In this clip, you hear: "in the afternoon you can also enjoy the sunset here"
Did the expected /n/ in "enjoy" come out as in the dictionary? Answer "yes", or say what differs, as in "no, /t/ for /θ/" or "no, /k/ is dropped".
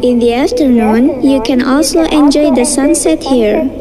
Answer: yes